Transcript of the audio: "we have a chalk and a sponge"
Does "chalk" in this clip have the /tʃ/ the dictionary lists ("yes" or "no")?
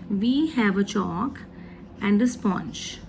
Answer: yes